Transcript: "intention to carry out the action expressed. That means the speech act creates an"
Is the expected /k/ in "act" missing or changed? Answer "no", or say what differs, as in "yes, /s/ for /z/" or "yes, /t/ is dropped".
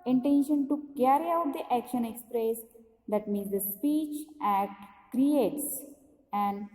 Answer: yes, /k/ is dropped